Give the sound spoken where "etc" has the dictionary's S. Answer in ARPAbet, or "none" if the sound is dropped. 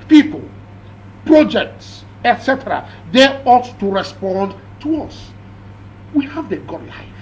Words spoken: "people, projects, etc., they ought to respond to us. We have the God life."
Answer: S